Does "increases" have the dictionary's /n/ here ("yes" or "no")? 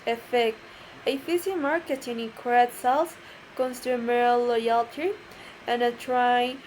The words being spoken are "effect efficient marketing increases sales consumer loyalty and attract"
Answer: no